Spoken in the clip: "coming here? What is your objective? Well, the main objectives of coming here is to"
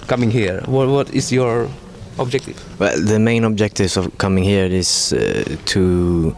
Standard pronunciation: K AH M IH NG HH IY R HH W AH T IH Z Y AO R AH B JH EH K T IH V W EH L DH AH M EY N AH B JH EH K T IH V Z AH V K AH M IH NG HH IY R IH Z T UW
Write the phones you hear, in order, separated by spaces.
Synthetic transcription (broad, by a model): K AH M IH NG HH IY R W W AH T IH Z Y AO R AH B JH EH K T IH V W EH L DH AH M EY N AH B JH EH K T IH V AH V K AH M IH NG HH IY R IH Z T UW